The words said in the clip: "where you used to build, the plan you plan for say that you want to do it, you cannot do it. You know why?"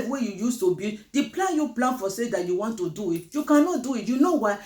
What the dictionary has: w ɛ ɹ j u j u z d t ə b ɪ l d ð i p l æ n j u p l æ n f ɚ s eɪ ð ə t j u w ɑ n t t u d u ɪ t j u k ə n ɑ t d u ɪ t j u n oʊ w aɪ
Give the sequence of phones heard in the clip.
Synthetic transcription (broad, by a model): w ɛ j u j u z t ə b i d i p l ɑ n j u p l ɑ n f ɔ s eɪ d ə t j u w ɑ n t t u d u ɪ t j u k ə n ɑ t d u ɪ t j u n oʊ w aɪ